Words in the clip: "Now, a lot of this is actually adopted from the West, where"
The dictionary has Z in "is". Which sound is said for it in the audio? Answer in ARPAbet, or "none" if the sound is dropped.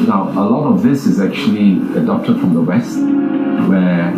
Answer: Z